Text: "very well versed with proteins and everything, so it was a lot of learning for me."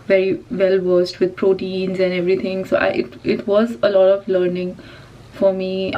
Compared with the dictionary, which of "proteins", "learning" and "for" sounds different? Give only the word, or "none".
none